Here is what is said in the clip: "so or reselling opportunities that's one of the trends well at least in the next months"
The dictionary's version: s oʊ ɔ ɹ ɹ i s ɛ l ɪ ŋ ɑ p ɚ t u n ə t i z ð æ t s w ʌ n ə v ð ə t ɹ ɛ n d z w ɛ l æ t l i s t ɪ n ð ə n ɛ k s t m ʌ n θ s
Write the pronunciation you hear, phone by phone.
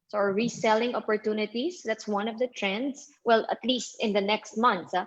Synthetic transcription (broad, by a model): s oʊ ɔ ɹ ɹ i s ɛ l ɪ ŋ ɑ p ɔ t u n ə t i s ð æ t s w ʌ n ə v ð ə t ɹ ɛ n d s w ɛ l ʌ t l i s t ɪ n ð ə n ɛ k s t m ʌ n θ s